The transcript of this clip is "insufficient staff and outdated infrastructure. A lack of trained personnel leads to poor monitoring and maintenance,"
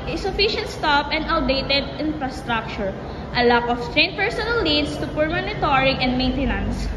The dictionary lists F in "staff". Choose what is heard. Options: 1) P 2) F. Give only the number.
1